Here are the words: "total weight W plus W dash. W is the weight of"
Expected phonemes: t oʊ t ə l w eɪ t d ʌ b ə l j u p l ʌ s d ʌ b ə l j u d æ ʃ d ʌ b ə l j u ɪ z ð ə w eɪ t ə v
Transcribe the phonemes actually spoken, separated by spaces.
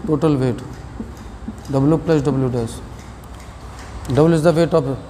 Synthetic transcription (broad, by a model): t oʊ t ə l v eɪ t d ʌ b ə l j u p l ʌ s d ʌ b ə l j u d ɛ s d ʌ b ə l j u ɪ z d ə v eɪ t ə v